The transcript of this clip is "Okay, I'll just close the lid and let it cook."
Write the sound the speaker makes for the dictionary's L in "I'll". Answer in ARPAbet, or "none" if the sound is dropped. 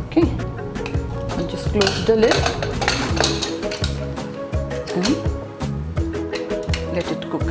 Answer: N